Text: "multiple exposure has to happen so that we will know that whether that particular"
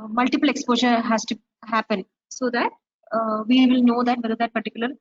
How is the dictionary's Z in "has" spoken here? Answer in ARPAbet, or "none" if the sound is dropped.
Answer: S